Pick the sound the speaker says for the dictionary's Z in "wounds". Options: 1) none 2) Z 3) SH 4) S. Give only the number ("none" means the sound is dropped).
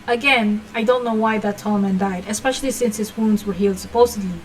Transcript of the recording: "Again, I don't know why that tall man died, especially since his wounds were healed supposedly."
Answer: 2